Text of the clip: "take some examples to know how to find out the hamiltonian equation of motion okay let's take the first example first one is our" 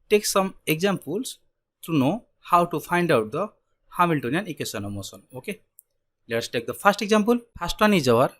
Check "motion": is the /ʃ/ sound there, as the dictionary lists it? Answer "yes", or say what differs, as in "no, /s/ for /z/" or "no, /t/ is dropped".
no, /s/ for /ʃ/